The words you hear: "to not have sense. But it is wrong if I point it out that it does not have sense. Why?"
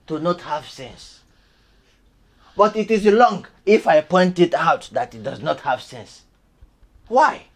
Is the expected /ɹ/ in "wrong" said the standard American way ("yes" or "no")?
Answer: no